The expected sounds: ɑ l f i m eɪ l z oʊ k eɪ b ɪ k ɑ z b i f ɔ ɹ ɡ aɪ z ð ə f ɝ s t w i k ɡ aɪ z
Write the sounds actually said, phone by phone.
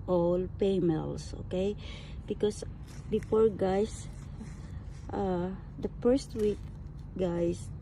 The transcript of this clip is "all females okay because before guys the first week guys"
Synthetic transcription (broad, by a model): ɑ l p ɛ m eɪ l s oʊ k eɪ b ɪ k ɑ s b i f ɔ ɹ ɡ aɪ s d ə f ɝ s t w i k ɡ aɪ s